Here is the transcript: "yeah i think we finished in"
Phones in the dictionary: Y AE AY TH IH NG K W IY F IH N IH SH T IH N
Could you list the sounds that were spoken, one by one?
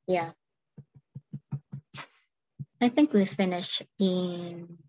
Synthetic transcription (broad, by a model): Y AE AY TH IH NG K W IY F IH N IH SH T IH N